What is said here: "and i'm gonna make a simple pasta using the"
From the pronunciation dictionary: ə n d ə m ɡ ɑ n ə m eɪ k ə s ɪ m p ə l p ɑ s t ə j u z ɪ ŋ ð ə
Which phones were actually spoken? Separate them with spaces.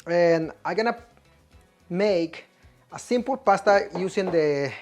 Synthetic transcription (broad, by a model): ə n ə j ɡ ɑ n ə m eɪ k ə s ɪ m p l p ɑ s t ə j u s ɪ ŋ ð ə